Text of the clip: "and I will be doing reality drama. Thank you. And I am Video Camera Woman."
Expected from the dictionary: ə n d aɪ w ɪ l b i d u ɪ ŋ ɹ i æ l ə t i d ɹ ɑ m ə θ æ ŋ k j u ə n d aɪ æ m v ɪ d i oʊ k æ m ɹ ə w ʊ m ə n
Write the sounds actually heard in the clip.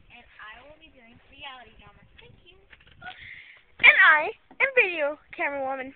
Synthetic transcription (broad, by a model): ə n aɪ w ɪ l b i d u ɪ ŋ ɹ i æ l ə t i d ɑ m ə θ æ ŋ k j u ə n aɪ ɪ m v ɪ d i oʊ k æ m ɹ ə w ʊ m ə n